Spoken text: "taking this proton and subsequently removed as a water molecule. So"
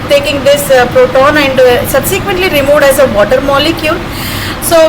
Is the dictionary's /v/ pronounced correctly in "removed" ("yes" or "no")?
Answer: yes